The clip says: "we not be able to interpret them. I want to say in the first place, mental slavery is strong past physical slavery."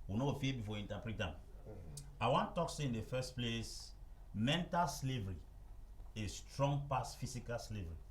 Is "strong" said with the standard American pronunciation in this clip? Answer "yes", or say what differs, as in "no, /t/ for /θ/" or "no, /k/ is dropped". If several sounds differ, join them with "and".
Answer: yes